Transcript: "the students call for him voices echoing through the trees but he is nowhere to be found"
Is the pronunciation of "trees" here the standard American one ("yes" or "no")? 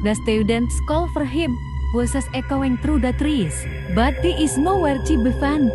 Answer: no